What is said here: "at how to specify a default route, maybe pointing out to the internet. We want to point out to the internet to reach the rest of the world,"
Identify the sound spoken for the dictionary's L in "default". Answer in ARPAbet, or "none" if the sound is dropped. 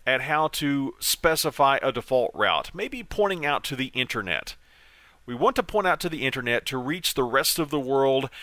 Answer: L